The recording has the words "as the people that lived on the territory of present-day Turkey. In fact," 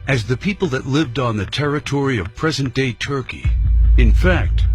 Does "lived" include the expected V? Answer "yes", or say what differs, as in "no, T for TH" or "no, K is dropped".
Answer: yes